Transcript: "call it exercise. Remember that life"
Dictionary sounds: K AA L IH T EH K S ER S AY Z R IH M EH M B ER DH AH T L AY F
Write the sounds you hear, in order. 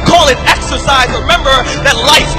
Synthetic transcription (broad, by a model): K AA L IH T EH K S ER S AY Z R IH M EH M B ER DH AH T L AY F